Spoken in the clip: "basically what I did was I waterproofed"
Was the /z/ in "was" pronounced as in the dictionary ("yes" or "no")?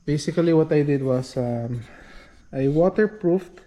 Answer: no